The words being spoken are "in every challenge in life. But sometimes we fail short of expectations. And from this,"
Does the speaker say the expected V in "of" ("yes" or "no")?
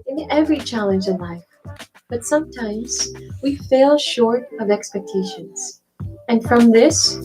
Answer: yes